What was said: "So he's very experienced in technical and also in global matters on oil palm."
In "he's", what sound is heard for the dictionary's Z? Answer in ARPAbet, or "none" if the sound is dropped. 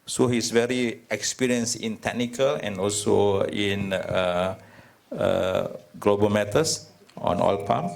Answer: S